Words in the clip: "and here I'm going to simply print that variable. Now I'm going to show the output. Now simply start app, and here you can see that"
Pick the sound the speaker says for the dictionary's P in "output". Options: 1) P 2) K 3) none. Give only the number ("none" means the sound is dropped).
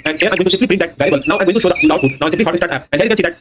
3